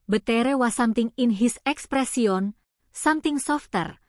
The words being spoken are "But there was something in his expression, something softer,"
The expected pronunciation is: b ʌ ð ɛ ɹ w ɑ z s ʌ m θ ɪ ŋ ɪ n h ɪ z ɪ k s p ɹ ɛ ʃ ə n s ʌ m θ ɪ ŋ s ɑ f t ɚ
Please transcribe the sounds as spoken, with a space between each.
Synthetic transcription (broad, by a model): b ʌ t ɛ ɹ w ɑ s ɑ m t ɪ ŋ ɪ n h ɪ s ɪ k s p ɹ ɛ s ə n s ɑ m t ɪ ŋ s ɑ f t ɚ